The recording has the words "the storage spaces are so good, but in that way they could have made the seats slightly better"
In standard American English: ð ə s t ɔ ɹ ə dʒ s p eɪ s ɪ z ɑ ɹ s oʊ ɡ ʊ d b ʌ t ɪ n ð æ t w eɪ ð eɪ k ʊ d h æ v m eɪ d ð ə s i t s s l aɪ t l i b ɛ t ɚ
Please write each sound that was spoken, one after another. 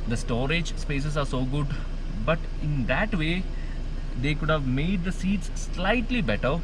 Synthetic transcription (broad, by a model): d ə s t ɔ ɹ ə dʒ s p eɪ s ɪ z ɑ ɹ s oʊ ɡ ʊ d b ʌ t ɪ n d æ t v eɪ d eɪ k ʊ d h æ v m eɪ d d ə s i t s s l aɪ t l i b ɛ t ɚ